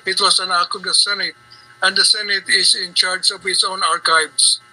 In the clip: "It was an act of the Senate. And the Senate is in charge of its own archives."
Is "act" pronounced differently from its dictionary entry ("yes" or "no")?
yes